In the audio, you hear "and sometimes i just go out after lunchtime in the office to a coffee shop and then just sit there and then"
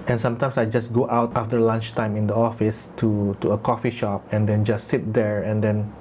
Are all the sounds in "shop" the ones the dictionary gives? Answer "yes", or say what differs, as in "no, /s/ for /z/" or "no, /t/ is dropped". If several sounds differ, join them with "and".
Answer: yes